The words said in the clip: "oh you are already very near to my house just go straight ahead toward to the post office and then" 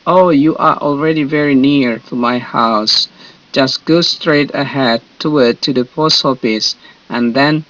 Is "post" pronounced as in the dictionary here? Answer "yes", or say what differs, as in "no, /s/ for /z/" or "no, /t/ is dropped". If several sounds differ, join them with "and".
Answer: no, /t/ is dropped